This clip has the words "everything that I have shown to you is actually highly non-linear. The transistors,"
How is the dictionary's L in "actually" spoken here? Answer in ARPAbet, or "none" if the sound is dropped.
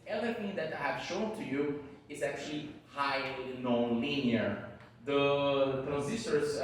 L